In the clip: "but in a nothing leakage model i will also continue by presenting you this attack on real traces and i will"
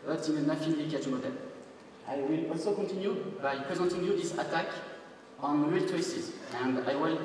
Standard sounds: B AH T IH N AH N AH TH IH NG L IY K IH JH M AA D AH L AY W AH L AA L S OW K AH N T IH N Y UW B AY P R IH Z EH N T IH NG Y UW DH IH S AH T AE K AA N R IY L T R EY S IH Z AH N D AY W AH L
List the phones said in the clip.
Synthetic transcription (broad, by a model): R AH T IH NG AH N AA F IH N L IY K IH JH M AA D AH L AY W AH L AA L S OW K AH N T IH N Y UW B AY P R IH Z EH N T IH NG Y UW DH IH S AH T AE K AA N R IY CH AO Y S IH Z AH N D AY W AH L